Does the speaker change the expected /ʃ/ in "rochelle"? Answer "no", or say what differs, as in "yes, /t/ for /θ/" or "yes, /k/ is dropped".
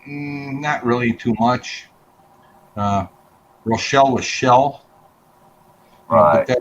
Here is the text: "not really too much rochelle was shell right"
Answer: no